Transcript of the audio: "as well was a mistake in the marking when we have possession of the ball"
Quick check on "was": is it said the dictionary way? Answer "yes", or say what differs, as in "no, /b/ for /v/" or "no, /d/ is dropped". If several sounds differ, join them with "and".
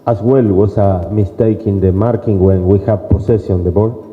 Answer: no, /s/ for /z/